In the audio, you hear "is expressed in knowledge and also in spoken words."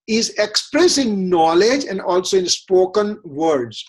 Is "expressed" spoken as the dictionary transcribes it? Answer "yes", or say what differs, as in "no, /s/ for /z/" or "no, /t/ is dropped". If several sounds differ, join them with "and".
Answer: no, /t/ is dropped